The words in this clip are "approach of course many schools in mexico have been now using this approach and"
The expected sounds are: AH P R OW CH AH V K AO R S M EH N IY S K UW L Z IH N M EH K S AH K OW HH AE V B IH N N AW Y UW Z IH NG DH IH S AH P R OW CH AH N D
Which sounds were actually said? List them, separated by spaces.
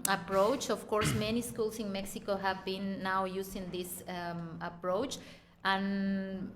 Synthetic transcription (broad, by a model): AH P R OW CH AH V K AO R S M EH N IY S K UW L S IH N M EH K S AH K OW HH AE V B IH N N AW Y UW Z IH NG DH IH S AH P R OW CH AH N